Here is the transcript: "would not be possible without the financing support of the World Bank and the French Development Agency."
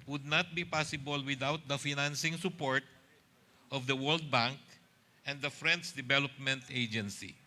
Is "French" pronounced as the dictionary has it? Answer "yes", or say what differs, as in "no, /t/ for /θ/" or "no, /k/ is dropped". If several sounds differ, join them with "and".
no, /s/ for /tʃ/